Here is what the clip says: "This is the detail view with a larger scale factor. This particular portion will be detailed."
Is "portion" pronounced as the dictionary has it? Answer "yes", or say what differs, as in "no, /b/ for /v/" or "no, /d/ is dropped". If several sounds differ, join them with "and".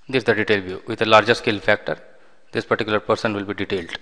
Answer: no, /s/ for /ʃ/